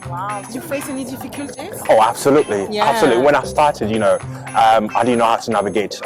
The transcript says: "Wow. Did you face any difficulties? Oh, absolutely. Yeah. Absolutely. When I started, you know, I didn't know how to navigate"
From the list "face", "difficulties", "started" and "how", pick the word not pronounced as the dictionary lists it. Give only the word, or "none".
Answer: difficulties